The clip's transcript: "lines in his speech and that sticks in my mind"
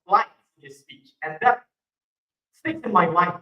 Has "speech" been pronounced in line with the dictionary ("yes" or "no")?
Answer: yes